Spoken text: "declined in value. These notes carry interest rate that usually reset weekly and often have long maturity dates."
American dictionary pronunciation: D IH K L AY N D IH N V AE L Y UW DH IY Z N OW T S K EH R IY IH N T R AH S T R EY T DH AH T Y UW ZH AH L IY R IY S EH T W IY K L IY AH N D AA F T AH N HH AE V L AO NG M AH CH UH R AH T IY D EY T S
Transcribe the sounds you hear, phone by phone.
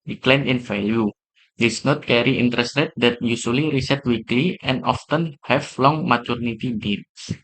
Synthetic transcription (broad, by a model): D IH K L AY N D IH N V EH L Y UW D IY S N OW T K EH R IY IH N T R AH S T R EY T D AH T Y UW S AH L IY R IY S EH T W IY K L IY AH N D AA F T AH N HH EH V L AO NG M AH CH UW R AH T IY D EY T S